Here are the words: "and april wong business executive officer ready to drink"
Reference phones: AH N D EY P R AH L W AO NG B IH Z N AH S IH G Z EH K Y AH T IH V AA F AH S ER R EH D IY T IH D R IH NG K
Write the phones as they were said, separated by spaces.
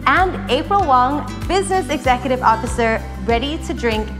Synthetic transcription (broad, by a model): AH N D EY P R AH L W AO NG B IH Z N AH S IH G Z EH K Y AH T IH V AA F AH S ER R EH D IY T IH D R IH NG K